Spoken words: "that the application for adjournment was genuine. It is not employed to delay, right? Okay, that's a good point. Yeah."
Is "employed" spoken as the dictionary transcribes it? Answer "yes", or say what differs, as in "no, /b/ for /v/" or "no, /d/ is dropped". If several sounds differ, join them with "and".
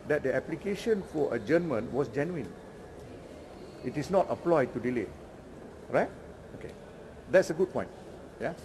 no, /m/ is dropped